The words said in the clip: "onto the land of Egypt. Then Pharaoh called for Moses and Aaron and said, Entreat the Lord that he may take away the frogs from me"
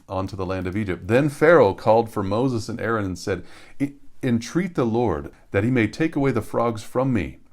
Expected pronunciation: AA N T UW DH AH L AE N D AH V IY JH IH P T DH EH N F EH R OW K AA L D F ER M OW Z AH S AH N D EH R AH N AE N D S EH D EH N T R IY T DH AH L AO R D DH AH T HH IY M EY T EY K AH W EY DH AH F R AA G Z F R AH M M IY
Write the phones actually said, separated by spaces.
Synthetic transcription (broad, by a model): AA N T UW DH AH L AE N D AH V IY JH IH P T DH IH N F EH R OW K AA L D F ER M OW Z AH S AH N EH R AH N N S EH D EH N T R IY T DH AH L AO R D DH AH T HH IY M EY T EY K AH W EY DH AH F R AA G Z F R AH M M IY